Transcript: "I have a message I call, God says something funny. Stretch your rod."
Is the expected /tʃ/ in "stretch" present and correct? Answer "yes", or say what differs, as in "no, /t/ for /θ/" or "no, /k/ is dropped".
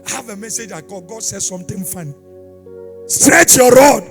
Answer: yes